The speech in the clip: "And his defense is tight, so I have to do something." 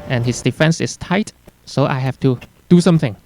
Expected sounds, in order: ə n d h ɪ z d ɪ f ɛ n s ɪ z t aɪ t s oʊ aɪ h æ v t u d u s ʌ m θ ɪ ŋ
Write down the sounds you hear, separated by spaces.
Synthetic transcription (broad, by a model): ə n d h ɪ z d ɪ f ɛ n s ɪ s t aɪ t s oʊ aɪ h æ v t u d u s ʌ m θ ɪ ŋ